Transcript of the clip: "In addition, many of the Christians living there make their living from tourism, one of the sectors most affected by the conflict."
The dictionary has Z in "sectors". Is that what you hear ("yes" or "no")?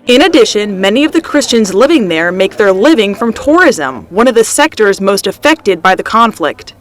yes